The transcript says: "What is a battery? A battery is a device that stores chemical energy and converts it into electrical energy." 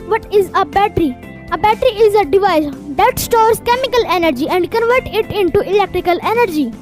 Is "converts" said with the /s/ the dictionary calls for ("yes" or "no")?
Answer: no